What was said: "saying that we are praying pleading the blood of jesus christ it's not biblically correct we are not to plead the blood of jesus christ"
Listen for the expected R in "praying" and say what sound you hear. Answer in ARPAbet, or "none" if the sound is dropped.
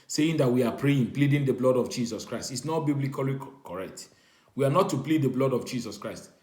R